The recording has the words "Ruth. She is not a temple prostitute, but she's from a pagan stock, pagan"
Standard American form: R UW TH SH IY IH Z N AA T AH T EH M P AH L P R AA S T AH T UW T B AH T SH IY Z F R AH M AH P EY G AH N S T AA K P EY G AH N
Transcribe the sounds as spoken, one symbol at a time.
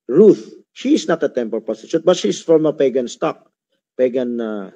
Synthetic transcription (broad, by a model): R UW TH SH IY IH S N AA T AH T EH M P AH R P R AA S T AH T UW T B AH T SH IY S F R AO M AH P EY G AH N S T AA K P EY G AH N